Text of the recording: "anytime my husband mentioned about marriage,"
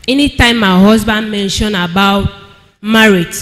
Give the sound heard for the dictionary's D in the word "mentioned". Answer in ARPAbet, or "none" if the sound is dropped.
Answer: none